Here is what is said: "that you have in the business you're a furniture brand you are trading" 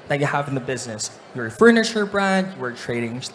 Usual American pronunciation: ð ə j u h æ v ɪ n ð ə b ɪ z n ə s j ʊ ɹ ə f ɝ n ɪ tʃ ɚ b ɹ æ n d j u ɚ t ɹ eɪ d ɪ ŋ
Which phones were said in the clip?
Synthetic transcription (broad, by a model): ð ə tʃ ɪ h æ v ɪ n ð ə b ɪ z n ə s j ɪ ə f ɝ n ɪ ʃ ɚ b ɹ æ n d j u ɚ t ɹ eɪ d ɪ ŋ